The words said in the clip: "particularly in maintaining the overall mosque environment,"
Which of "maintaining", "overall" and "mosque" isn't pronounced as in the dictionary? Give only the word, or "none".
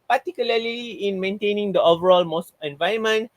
mosque